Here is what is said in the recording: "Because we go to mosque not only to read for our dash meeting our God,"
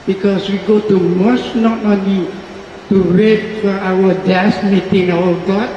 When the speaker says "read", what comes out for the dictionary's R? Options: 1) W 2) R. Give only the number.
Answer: 1